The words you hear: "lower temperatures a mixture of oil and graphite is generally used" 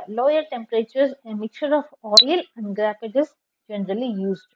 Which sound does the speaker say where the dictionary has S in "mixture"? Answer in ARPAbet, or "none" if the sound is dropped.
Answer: none